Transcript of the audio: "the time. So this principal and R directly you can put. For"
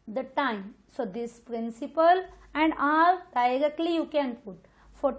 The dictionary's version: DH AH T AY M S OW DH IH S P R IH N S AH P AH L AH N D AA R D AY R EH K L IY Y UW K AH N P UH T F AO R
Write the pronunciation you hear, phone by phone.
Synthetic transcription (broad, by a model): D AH T AY M S OW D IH S P R IH N S AH P AH L AH N D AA L D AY R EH K L IY Y UW K AH N P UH T F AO R